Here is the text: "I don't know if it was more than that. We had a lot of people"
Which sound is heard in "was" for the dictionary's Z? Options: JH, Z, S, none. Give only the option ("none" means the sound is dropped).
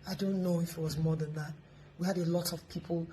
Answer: Z